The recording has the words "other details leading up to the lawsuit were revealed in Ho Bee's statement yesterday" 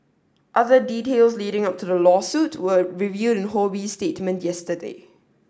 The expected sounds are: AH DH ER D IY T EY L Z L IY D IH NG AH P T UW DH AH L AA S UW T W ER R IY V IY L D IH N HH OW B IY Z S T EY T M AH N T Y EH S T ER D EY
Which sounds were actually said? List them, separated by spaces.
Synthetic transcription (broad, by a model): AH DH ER D IY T EY L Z L IY D IH NG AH P T UW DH AH L AA S UW T W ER R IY V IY D IH N HH OW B IY S T EY T M AH N T Y EH S T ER D EY